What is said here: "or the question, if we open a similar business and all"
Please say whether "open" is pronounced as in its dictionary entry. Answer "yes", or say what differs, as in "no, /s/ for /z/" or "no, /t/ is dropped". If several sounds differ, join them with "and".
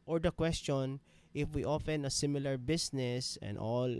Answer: no, /f/ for /p/